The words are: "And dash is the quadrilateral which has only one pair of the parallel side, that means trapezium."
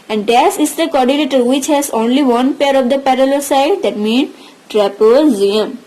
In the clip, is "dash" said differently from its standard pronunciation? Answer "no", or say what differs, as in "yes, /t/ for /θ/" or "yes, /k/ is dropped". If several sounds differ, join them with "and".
yes, /s/ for /ʃ/